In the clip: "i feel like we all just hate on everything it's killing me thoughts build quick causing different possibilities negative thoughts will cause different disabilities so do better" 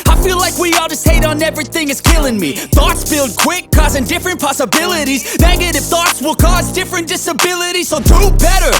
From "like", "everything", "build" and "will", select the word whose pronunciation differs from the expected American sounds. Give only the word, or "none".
none